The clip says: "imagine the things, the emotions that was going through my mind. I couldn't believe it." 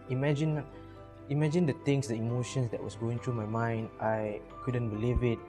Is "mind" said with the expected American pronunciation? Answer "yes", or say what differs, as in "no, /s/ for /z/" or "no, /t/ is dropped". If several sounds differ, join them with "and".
yes